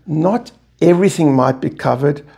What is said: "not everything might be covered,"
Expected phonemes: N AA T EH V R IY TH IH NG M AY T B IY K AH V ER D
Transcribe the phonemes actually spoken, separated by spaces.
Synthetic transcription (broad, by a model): N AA T EH V R IY TH IH NG M AY T B IY K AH V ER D